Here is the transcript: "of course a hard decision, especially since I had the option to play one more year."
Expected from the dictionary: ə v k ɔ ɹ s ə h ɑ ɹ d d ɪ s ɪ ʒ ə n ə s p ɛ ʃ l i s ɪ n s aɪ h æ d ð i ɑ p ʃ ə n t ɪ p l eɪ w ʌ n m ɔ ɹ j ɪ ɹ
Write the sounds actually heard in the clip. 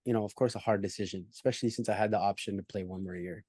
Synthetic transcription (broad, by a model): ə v k ɔ ɹ s ə h ɑ ɹ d d ɪ s ɪ ʒ ə n ə s p ɛ ʃ l i s ɪ n s aɪ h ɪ d ð i ɑ p ʃ ə n t ɪ p l eɪ w ʌ n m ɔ ɹ j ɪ ɹ